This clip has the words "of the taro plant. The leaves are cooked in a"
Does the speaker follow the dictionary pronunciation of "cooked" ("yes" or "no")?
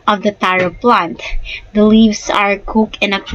no